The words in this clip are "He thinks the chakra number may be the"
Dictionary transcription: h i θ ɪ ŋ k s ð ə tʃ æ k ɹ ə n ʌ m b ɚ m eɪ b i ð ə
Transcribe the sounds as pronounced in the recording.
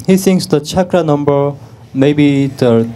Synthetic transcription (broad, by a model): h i s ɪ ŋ s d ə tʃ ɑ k ɹ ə n ʌ m b ɚ m eɪ b i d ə